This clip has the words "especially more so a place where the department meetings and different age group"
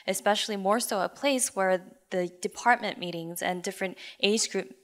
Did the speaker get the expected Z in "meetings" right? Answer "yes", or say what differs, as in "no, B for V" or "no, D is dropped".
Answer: yes